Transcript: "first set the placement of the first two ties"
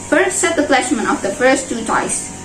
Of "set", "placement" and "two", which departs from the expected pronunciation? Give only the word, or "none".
placement